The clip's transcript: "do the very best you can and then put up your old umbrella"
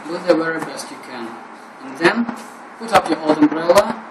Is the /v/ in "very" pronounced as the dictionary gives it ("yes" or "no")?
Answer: no